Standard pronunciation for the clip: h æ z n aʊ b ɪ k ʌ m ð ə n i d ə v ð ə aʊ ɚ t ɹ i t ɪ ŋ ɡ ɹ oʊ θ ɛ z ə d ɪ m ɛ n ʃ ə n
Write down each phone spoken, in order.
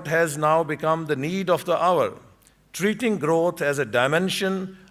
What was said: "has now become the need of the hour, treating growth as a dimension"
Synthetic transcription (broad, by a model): h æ z n aʊ b ɪ k ʌ m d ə n i d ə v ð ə aʊ ɚ t ɹ i t ɪ ŋ ɡ ɹ oʊ t ɛ z ə d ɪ m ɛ n ʃ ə n